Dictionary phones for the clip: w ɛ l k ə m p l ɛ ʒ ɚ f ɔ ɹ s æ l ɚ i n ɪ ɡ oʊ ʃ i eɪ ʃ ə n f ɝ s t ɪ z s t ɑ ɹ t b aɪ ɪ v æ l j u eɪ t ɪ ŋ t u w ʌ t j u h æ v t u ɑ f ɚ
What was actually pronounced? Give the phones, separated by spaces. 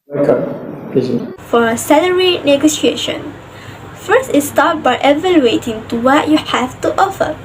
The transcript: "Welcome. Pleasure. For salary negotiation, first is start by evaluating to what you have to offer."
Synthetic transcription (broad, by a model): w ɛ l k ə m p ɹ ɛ z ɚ f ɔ ɹ s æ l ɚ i n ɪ ɡ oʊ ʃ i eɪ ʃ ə n f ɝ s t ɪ s t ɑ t b aɪ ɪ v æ l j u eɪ t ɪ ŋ t u w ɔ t j u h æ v t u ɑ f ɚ